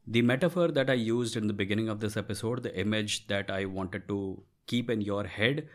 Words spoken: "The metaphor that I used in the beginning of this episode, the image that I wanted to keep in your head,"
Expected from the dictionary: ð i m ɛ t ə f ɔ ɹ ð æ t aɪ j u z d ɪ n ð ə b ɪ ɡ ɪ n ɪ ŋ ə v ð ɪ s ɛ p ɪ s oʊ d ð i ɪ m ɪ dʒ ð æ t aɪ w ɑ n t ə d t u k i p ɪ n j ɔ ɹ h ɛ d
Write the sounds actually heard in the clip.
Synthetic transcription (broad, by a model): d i m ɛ t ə f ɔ ɹ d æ t aɪ j u z d ɪ n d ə b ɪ ɡ ɪ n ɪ ŋ ə v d ɪ s ɛ p ɪ s oʊ d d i ɪ m ɪ dʒ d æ t aɪ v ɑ n t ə d t u k i p ɪ n j ɔ ɹ h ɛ d